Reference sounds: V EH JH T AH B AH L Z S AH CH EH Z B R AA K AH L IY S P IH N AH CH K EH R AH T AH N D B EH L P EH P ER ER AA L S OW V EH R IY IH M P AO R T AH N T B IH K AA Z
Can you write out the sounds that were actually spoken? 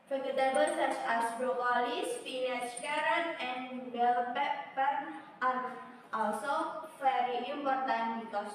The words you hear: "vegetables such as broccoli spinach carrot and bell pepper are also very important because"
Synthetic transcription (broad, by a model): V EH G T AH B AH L S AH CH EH S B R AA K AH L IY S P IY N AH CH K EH R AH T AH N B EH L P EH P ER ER AA L S OW F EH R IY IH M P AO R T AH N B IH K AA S